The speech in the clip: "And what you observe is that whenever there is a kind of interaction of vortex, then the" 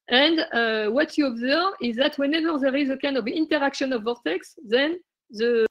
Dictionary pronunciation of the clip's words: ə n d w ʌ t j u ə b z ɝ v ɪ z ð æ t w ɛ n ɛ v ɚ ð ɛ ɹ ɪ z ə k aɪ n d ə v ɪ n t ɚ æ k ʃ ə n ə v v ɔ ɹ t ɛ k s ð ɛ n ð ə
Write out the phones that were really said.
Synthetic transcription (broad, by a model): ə n d w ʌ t j u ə b z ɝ v ɪ z ð æ t w ɛ n ɛ v ɚ ð ɛ ɹ ɪ z ə k aɪ n d ə v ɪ n t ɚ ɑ k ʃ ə n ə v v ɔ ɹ t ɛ k s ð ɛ n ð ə